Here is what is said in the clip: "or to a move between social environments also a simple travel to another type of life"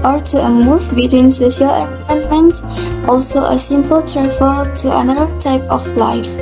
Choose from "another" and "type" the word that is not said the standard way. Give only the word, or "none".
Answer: another